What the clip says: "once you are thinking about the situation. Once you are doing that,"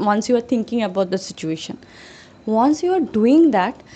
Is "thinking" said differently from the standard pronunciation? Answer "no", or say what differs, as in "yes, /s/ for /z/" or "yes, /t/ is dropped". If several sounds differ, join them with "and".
yes, /t/ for /θ/